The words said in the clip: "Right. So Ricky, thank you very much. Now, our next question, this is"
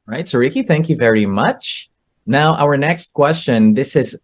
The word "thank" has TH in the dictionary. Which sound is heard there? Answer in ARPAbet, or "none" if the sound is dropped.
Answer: TH